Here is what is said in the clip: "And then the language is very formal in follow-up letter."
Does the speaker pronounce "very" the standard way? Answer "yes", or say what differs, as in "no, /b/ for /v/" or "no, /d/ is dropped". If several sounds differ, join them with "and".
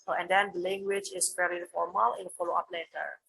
no, /l/ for /ɹ/